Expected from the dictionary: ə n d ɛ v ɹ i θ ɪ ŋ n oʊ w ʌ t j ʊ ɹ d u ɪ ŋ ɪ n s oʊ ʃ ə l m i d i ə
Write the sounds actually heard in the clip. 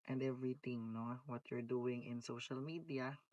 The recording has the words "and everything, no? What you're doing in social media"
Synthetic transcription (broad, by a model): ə n d ɛ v ɹ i t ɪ ŋ n oʊ w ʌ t j ʊ ɹ d u ɪ ŋ ɪ n s oʊ ʃ ə l m i d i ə